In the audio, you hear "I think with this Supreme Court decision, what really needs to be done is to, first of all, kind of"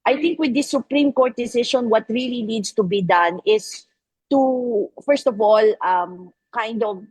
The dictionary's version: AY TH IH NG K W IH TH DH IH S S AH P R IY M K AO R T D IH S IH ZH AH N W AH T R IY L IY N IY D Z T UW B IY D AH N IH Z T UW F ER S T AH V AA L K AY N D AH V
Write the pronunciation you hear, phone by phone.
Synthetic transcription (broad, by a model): AY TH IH NG K W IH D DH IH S S AH P R IY M K AO R T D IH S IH SH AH N W AH T R IY L IY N IY D S T UW B IY D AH N IH S T UW F ER S T AH V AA L K AY N D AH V